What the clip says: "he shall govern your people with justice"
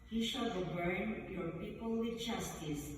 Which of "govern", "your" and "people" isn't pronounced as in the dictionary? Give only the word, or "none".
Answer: govern